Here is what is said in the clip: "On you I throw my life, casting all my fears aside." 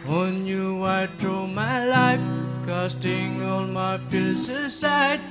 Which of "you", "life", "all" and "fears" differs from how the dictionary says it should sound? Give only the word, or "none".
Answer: fears